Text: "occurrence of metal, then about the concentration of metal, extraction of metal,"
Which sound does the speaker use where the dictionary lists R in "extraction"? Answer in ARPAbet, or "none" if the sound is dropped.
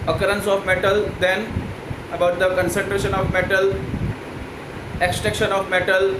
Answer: none